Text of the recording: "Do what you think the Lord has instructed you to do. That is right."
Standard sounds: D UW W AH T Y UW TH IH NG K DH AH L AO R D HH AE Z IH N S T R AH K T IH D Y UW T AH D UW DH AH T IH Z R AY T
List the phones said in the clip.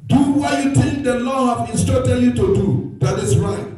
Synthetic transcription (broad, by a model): D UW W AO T Y UW T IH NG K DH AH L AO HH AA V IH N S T AO T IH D Y UW T AH D UW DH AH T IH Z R AY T